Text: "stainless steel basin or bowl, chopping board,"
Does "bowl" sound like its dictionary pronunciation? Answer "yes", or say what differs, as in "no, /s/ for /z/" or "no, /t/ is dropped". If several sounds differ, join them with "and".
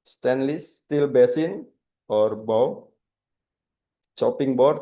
no, /w/ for /l/